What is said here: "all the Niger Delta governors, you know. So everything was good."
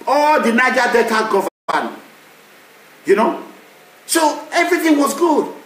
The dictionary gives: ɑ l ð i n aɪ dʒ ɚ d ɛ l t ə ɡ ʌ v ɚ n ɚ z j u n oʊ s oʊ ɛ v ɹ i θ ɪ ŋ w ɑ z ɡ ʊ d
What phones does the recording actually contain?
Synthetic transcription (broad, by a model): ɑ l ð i n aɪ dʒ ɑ d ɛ t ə ɡ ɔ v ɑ ɑ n j u n oʊ s oʊ ɛ v ɹ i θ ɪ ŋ w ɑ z ɡ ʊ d